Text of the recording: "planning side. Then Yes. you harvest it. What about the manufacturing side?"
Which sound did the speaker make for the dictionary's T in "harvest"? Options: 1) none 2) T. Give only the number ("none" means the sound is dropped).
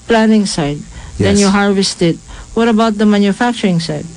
2